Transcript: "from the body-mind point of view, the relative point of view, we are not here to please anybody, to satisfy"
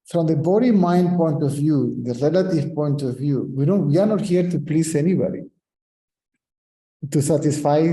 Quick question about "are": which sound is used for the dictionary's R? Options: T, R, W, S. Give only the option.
W